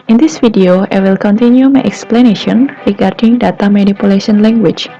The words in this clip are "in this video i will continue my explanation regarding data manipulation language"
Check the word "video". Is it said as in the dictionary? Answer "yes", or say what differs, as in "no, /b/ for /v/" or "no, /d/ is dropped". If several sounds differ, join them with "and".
no, /f/ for /v/